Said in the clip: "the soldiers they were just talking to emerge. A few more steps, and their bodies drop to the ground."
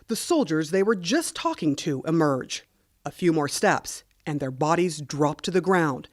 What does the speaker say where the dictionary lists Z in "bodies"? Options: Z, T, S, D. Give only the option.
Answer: Z